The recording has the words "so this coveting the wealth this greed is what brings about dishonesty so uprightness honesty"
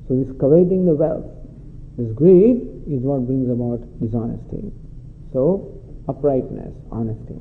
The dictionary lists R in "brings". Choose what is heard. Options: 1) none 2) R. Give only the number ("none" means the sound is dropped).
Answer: 1